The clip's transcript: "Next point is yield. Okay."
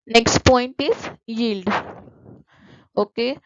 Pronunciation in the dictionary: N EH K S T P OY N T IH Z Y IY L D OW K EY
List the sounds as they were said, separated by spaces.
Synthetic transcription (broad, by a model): N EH K S T P OY N T IH Z Y IY L D OW K EY